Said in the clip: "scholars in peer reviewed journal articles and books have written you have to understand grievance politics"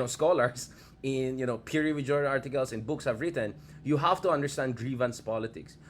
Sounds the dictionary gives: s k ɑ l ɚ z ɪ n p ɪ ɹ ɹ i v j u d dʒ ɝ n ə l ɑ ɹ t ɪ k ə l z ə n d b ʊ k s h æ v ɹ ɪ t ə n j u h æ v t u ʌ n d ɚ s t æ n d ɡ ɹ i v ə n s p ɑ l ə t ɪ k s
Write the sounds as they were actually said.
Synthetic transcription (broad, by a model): s k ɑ l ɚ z ɪ n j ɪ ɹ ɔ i p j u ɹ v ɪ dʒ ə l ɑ ɹ t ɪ k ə l s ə n b ʊ k s h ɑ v ɹ ɪ t ə n j u h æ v t u ʌ n d ɚ s t æ n d ɡ ɹ i v ə n s p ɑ l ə t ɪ k s